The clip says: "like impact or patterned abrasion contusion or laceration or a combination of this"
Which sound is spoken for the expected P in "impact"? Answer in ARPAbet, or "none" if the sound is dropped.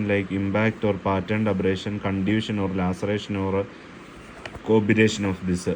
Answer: B